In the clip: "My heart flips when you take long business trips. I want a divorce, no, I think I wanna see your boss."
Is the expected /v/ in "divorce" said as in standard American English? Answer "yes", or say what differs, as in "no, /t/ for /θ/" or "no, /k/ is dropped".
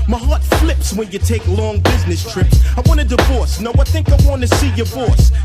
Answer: yes